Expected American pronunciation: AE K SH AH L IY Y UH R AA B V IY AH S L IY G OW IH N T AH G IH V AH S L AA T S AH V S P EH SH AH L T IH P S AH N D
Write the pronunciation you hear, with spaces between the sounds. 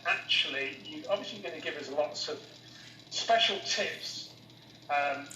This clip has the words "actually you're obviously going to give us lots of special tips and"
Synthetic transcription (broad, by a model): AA K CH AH L IY Y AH AA B V IY AH S L IY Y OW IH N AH G IH V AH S L AA T S AH V S P EH SH AH L T IH P S AH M